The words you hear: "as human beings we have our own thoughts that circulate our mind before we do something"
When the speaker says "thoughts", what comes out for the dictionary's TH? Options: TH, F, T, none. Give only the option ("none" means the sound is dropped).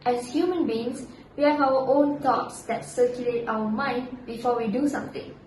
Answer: T